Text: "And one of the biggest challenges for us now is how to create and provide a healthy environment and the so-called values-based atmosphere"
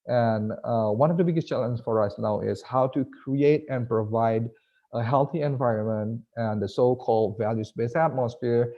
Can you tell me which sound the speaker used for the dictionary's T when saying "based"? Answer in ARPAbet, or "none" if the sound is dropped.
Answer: none